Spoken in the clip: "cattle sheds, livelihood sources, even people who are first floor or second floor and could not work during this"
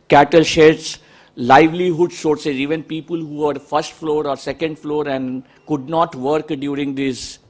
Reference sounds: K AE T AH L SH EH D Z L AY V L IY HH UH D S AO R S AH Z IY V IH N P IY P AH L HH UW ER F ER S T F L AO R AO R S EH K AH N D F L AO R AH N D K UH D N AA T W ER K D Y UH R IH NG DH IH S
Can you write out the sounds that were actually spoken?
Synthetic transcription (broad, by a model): K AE T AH L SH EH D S L AY V L IY HH UH D S AO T S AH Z IY V IH N P IY P AH L HH UW ER F ER S T F L AO R AO R S EH K AH N D F L AO R AH N D K UH D N AA T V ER K D Y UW R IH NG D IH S